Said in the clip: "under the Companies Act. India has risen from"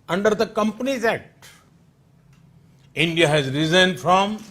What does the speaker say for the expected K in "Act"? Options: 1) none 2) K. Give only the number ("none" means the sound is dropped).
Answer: 1